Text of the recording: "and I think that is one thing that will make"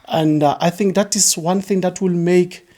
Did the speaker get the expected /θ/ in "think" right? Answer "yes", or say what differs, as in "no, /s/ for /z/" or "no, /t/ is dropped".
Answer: yes